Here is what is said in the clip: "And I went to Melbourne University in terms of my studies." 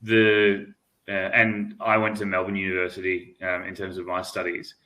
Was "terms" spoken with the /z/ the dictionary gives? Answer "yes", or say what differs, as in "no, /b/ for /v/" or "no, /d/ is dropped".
yes